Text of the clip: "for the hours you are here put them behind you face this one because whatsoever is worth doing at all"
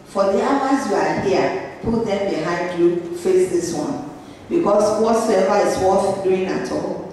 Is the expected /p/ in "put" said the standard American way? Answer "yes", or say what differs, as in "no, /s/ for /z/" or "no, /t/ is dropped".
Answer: yes